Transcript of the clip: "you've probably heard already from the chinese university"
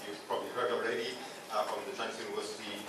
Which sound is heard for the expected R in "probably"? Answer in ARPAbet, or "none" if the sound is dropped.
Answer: R